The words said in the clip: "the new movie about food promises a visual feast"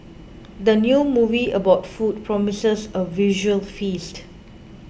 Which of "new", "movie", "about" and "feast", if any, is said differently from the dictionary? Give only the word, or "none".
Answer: none